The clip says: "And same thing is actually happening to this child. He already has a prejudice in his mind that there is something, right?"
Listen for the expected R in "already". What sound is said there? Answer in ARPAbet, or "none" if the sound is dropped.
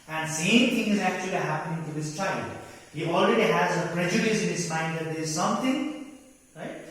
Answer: R